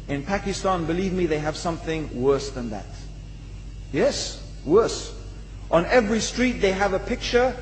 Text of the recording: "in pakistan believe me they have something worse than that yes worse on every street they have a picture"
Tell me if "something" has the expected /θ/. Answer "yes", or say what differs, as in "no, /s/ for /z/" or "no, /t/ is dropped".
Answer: yes